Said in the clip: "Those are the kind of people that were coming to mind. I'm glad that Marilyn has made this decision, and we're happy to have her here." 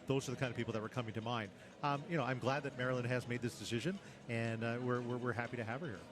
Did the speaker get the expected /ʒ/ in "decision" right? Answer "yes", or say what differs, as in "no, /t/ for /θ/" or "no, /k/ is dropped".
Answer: yes